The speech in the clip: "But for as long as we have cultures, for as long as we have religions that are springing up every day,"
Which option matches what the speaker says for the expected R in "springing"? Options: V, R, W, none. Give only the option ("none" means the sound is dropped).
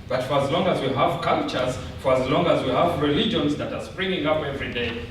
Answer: R